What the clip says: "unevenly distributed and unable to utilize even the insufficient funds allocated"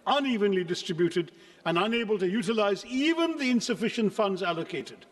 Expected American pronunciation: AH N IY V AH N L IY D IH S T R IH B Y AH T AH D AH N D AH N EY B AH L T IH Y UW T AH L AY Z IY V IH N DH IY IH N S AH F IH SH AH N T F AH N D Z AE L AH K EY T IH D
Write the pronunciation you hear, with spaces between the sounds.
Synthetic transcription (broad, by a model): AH N IY V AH N L IY D IH S T R IH B Y AH T AH D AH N AH N EY B AH L T IH Y UW T AH L AY Z IY V IH N DH IY IH N S AH F IH SH AH N T F AH N D Z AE L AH K EY T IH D